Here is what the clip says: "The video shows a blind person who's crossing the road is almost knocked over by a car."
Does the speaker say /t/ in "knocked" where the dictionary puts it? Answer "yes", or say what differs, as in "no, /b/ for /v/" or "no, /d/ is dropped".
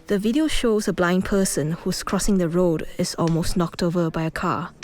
yes